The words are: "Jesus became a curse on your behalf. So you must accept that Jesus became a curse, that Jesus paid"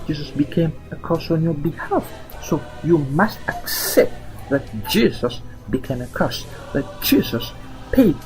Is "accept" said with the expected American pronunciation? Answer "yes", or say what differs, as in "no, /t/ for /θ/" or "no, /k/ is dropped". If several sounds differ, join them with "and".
yes